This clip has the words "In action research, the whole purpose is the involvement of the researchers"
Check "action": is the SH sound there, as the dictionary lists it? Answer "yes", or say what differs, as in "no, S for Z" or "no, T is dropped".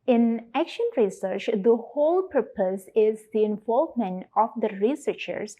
yes